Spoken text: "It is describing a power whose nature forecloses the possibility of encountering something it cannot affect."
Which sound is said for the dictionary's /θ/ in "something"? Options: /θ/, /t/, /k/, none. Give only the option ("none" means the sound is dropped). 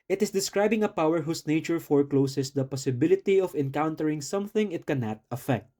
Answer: /θ/